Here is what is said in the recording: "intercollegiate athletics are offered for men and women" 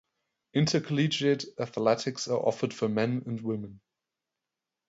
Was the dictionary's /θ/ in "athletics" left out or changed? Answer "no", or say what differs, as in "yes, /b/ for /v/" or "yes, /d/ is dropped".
no